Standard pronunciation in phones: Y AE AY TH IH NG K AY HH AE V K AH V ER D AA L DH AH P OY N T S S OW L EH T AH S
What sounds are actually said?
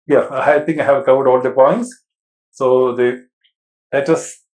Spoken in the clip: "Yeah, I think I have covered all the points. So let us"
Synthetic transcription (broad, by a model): Y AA AY T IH NG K AY HH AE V K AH V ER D AA L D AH P OY N T S S OW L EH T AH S